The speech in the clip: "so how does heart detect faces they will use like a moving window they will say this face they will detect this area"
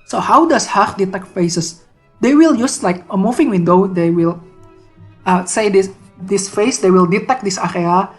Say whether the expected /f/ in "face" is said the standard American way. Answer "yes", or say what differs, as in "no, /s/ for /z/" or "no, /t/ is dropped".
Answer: yes